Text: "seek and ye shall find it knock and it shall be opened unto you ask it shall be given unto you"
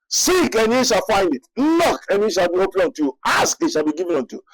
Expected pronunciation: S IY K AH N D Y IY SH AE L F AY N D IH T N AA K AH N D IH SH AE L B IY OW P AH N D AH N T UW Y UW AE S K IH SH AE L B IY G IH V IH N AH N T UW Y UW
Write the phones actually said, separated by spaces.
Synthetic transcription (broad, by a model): S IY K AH N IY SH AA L F AY N D IH T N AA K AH N IH SH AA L B IY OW P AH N AO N T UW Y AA S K IH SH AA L B IY G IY V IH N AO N T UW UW